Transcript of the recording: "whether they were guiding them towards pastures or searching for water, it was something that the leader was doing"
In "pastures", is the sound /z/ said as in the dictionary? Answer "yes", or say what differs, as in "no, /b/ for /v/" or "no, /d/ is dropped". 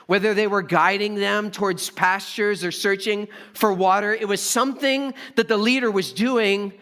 yes